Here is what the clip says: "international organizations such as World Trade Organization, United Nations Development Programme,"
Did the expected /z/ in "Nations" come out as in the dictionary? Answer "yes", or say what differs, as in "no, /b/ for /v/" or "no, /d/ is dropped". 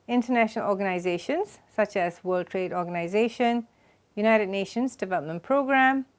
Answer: yes